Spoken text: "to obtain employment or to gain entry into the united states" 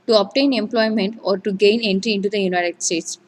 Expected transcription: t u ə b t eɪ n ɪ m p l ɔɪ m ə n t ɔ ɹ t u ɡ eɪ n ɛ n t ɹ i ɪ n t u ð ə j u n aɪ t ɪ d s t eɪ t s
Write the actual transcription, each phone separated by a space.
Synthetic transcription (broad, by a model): t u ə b t eɪ n ɪ m p l ɔɪ m ə n t ɔ ɹ t u ɡ eɪ n ɛ n t ɹ i ɪ n t u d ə j u n aɪ t ɪ d s t eɪ t s